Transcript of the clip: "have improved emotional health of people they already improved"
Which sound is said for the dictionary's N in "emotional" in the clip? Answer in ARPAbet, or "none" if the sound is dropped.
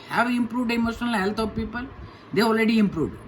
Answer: N